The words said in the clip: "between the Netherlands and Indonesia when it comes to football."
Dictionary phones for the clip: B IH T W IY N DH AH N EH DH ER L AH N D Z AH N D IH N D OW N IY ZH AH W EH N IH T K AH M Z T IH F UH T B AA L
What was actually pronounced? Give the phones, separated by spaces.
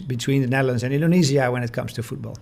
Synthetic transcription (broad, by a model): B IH T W IY N DH AH N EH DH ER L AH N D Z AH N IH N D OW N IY Z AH W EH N IH T K AH M Z T IH F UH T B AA L